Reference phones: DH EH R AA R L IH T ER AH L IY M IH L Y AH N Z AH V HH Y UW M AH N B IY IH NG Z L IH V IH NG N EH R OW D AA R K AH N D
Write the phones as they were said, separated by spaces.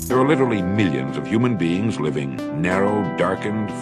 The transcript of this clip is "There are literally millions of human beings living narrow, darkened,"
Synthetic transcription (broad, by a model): DH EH R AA R L IH T ER L IY M IH L Y AH N Z AH V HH Y UW M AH N B IY IH NG Z L IH V IH NG N EH R OW D AA R K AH N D